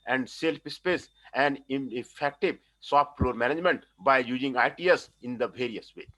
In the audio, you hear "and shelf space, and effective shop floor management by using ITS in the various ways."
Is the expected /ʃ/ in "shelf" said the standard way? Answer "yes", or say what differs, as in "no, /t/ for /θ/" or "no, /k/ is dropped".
no, /s/ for /ʃ/